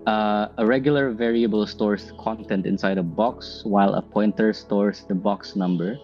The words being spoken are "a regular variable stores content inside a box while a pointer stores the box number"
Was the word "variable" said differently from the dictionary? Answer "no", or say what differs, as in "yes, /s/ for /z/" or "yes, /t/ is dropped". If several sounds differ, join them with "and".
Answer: no